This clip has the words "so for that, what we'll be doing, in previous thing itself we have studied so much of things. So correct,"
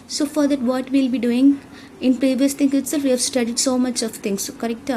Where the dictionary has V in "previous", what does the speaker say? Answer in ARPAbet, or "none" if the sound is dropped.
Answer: V